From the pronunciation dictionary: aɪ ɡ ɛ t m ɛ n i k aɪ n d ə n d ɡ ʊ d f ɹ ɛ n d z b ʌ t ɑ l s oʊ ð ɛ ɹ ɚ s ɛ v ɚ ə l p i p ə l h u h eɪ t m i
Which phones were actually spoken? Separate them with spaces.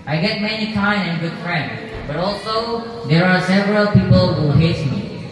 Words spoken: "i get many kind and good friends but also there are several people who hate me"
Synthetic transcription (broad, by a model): aɪ ɡ ɛ t m ɛ n i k aɪ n ə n ɡ ʊ d f ɹ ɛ n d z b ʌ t ɑ l s oʊ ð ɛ ɹ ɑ s ɛ v ɚ ə l p i p ə l h u h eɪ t m i